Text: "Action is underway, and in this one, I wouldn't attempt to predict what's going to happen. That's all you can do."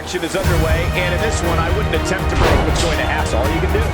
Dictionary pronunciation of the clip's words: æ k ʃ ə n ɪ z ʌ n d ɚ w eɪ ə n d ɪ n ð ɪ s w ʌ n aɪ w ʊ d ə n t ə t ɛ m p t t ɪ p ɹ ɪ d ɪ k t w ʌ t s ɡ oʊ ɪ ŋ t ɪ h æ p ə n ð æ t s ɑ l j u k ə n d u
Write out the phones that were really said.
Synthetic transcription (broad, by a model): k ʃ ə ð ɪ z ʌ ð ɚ w eɪ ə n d ɪ n ð ɪ s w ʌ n aɪ w ʊ d n t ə t ɛ m p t t ɪ b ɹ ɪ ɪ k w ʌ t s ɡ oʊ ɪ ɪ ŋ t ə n æ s ɑ l j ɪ k ə n d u